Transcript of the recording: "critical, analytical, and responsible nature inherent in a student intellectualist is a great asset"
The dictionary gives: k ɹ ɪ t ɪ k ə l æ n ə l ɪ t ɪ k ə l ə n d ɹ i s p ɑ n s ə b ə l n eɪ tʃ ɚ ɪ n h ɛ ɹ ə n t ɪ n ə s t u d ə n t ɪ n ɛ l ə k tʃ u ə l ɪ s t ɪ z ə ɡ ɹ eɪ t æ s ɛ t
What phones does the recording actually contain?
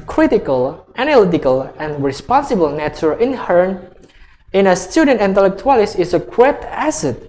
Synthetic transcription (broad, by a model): k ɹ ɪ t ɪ k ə l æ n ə l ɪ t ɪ k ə l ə n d ɹ i s p ɑ n s ə b ə l n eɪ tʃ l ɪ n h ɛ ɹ n ɪ n ə s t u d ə n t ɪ n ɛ l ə k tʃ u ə l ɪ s ɪ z ə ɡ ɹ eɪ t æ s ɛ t